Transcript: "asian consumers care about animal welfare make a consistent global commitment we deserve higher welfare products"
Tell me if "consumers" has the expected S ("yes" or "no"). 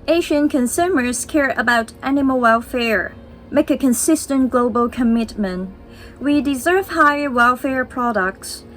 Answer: yes